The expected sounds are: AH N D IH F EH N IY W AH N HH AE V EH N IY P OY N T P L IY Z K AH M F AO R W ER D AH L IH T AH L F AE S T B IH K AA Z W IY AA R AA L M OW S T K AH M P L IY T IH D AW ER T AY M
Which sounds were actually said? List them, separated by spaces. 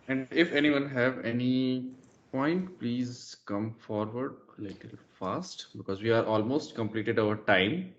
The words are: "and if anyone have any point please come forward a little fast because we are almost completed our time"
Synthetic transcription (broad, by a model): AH N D IH F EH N IY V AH N HH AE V EH N IY P OY N T P L IY Z K AH M F AO R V ER D L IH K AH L F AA S T B IH K AA Z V IY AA R AA L M OW S T K AH M P L IY T IH D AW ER T AY M